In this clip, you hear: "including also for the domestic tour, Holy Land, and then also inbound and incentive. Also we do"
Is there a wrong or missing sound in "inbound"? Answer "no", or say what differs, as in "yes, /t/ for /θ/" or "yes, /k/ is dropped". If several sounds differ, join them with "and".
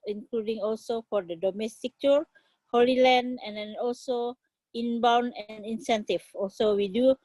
yes, /d/ is dropped